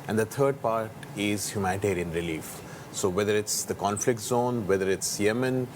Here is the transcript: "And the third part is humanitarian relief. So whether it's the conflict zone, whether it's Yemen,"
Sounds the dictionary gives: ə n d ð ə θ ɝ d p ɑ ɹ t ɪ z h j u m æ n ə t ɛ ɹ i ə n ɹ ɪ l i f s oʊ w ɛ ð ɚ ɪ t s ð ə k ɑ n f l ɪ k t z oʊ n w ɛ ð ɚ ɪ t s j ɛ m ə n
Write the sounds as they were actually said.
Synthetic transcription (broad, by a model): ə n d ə t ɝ d p ɑ ɹ t ɪ z h j u m æ n ə t ɛ ɹ i ə n ɹ ɪ l i f s oʊ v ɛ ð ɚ ɪ t s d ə k ɑ n f l ɪ k t z oʊ n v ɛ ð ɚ ɪ t s j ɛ m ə n